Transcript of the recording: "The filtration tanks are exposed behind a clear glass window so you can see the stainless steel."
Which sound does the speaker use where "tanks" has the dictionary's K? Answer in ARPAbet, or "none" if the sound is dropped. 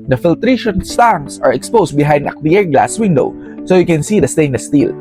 none